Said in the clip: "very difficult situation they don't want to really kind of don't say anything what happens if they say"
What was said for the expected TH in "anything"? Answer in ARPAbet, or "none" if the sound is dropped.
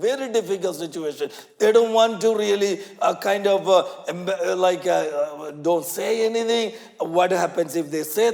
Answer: T